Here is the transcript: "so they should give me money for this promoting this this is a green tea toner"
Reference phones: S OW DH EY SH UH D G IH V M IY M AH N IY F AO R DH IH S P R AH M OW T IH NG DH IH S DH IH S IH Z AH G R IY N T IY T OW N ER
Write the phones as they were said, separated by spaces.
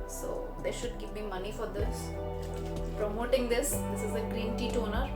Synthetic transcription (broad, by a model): S OW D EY SH UH D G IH P M IY M AH N IY F AO R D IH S P R AH M OW T IH NG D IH S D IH S IH Z AH G R IY N T IY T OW N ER